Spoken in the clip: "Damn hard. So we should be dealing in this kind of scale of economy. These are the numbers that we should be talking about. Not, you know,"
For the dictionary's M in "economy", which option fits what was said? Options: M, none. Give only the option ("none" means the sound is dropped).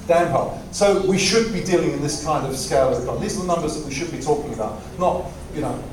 none